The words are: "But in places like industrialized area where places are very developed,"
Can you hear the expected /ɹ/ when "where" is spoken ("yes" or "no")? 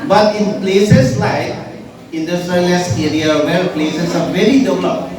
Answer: no